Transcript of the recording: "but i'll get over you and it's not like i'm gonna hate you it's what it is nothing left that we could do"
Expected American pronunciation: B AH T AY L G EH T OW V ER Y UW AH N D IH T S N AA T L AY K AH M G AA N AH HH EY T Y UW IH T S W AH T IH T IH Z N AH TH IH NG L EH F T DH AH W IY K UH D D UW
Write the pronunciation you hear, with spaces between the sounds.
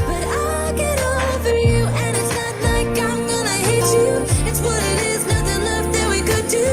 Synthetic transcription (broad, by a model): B AH T AY L G EH T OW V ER Y UW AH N IH T S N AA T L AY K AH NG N AA AH HH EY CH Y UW IH T S W AH T IH T IH Z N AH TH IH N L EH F DH AH W IY K UH D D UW